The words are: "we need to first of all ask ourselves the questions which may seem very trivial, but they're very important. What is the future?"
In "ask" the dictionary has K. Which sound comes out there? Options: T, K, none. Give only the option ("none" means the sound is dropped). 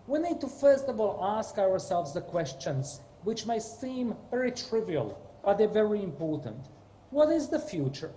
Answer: K